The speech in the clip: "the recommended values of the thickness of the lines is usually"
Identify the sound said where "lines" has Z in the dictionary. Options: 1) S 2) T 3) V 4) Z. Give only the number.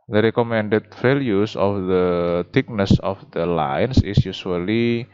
1